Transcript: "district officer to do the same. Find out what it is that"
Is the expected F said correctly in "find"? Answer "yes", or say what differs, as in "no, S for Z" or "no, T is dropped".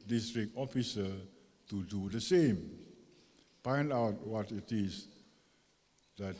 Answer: no, P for F